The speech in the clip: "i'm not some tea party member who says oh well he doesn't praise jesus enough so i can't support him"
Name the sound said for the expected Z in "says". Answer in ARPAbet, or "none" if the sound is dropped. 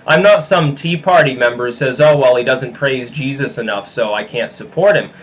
Z